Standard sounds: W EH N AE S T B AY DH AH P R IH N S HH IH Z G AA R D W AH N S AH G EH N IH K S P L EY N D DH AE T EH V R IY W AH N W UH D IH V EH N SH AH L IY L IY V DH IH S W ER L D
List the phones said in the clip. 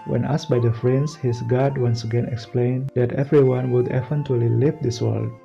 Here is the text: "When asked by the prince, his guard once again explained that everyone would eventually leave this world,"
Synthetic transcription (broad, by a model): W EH N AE S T B AY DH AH F R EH N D HH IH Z G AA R D W AH N S AH G EH N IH K S P L EY N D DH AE T EH V R IY W AH N W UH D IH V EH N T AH L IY L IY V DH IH S W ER L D